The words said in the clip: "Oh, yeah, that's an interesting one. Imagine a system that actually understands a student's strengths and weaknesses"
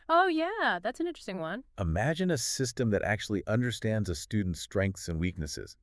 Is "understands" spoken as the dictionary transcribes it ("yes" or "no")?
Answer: yes